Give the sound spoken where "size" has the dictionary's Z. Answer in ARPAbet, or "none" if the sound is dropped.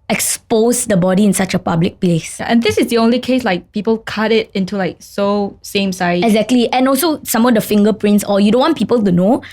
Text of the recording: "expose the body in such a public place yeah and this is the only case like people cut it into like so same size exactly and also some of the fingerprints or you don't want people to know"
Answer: none